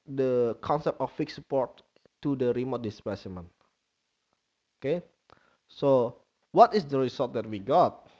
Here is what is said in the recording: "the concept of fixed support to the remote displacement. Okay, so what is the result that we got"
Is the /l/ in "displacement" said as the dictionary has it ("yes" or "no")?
no